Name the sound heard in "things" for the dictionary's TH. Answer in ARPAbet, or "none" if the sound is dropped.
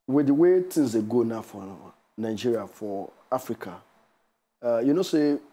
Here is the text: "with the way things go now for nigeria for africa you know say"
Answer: T